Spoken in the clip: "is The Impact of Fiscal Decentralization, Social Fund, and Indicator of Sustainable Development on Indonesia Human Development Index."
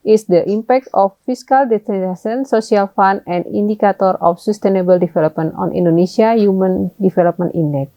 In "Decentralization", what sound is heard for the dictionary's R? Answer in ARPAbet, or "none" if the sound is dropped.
none